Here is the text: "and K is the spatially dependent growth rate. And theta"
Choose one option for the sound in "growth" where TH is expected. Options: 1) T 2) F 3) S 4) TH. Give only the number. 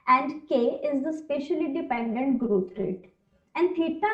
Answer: 1